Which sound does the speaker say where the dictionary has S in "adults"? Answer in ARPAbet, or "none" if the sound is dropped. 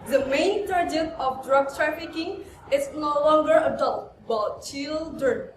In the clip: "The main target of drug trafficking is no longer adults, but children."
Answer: none